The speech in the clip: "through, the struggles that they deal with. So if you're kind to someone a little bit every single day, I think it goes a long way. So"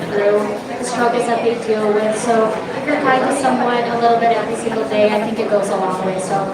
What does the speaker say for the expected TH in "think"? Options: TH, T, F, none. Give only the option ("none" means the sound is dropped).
TH